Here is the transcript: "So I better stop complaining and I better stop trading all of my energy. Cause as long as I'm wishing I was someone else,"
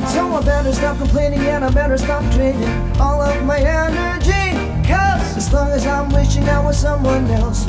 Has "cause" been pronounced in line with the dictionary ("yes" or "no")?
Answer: no